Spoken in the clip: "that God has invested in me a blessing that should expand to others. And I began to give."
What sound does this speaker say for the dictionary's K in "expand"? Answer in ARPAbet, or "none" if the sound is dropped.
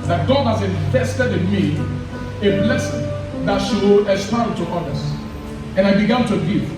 none